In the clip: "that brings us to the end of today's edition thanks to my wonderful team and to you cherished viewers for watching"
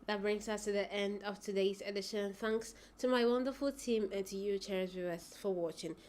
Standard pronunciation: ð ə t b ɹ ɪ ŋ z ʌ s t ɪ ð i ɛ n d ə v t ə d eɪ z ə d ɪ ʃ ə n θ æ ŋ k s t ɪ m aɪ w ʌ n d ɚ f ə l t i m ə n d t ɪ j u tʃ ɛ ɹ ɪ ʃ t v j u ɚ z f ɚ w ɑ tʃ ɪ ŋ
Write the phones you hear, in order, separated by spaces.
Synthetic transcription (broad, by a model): ð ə t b ɹ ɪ ŋ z ʌ s t ɪ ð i ɛ n d ə v t ə d eɪ z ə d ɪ ʃ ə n θ æ ŋ k s t ɪ m aɪ w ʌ n d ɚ f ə l t i m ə n t ɪ j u tʃ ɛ ɹ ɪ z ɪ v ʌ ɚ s f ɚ w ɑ tʃ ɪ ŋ